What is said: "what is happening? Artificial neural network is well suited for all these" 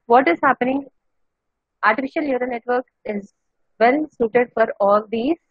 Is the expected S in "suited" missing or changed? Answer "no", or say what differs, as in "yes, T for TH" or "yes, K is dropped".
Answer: no